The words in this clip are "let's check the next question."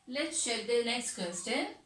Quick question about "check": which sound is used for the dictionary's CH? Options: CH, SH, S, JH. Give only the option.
SH